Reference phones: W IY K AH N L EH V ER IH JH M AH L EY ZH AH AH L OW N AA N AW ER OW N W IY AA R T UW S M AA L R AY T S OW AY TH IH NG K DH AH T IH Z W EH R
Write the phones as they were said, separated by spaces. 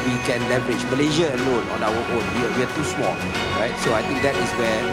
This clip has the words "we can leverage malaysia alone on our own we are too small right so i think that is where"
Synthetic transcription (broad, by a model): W IY K AH N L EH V ER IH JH M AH L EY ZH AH AH L OW N AA N AW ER OW N W IY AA W T UW S M AA L R AY T S OW AY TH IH NG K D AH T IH S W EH